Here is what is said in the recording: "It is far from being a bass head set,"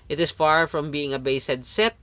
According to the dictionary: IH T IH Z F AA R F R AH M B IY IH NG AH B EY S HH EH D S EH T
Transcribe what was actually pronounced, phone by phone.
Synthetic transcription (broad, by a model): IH T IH S F AA R F R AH M B IY IH NG AH B EY S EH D S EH T